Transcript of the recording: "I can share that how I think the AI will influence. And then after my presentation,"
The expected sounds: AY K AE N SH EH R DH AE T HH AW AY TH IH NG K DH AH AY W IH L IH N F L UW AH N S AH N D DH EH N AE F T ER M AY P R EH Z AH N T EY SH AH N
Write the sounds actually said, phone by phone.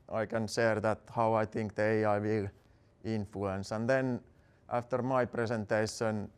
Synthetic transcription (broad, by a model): AY K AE N S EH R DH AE T HH AW AY TH IH NG K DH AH AY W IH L IH N F L UW AH N S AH N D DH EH N AE F T ER M AY P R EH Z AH N T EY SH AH N